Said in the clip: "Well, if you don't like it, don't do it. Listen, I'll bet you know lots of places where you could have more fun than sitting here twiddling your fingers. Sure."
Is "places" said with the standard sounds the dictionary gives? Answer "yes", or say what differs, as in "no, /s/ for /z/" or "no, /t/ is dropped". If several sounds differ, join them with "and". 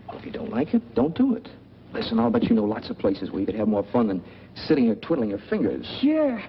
yes